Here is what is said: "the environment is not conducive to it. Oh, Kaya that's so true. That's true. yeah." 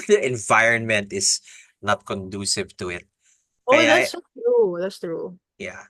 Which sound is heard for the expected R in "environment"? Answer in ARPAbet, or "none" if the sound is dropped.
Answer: R